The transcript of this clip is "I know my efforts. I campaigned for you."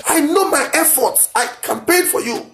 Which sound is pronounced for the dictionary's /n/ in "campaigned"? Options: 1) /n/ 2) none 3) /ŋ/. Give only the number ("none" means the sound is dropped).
2